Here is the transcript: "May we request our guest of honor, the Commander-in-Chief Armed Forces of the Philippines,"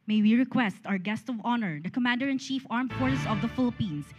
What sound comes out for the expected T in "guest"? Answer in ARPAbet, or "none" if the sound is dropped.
T